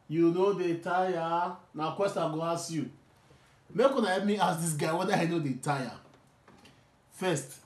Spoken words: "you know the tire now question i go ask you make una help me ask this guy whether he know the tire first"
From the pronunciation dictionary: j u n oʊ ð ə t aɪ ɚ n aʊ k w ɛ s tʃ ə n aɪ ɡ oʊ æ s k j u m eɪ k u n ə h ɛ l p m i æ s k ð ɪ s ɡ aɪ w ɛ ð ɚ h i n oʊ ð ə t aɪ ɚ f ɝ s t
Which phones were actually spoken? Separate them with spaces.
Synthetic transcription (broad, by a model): j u n oʊ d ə t aɪ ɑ n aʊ k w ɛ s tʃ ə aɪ ɡ oʊ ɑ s j u m eɪ k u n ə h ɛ p m i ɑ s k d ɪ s ɡ aɪ w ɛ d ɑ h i n oʊ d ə t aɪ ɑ f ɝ s t